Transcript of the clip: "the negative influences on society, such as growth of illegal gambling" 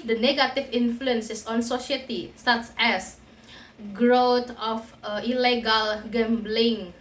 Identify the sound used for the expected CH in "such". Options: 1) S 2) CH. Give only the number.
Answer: 1